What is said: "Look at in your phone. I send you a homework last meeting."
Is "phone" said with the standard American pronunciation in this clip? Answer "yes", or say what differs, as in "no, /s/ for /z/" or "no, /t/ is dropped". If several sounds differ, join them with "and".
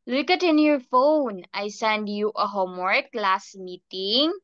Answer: yes